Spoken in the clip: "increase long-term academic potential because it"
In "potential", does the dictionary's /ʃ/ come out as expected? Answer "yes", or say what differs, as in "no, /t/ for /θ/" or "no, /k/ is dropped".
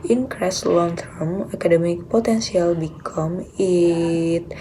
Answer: no, /s/ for /ʃ/